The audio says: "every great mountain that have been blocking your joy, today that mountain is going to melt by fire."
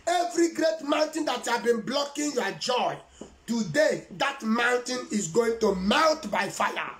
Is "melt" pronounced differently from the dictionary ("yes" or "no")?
yes